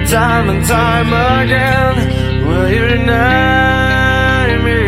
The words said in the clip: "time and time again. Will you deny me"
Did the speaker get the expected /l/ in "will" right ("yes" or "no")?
yes